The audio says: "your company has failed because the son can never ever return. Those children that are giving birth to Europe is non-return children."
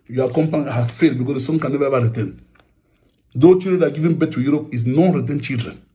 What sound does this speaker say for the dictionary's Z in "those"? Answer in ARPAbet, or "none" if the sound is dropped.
none